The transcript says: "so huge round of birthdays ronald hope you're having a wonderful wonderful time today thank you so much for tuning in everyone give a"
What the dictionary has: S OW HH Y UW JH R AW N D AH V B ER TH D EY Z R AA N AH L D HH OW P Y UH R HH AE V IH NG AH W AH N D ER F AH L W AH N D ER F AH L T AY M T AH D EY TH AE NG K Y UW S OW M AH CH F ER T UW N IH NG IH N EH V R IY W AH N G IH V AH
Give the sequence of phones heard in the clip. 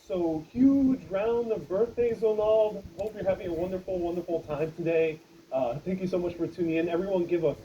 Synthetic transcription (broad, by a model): S OW HH Y UW JH R AW N AH V B ER TH D EY Z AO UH N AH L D HH OW P Y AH R HH AE V IH NG AH W AH N D ER F L W AH N D ER F L T AY M T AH D EY TH AE NG K Y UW S OW M AH CH F ER T UW N IH NG IH N EH V R IY W AH N G IH V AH